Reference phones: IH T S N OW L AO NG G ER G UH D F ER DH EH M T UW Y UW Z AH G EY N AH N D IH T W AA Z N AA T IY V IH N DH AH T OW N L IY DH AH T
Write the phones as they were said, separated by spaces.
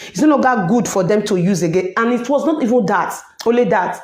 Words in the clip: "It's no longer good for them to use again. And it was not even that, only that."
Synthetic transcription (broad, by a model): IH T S N OW N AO G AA G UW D F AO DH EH M T UW Y UW Z AH G EY N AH N IH T W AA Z N AA T IY V IH N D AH T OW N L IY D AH T